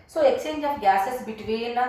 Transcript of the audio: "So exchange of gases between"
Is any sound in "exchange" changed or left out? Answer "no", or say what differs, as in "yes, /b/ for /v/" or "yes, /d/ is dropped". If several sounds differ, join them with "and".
yes, /tʃ/ is dropped